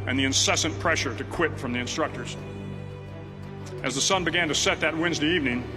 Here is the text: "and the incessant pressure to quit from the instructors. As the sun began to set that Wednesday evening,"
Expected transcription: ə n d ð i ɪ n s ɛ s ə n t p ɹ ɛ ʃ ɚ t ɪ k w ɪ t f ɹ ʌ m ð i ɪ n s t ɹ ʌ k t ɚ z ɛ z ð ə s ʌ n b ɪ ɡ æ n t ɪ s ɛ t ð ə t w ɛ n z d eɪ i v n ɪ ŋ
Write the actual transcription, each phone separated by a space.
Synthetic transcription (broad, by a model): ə n ð i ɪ n s ɛ s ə n p ɹ ɛ ʃ ɚ t ɪ k w ɪ t f ɹ ʌ m ð i ɪ n s t ɹ ʌ k t ɚ z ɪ z ð ə s ʌ n b ɪ ɡ æ n t ɪ s ɛ t ð ə t w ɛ n z d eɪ i v n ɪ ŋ